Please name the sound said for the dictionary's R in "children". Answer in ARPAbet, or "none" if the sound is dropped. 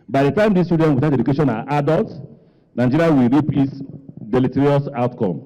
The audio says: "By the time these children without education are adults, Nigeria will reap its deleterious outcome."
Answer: none